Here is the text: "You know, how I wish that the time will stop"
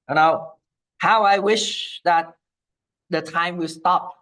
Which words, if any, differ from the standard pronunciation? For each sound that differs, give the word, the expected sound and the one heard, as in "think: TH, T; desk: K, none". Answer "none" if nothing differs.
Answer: none